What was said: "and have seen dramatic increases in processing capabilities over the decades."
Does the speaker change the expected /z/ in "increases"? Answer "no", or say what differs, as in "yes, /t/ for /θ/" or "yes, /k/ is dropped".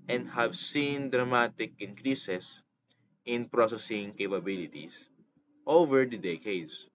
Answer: yes, /s/ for /z/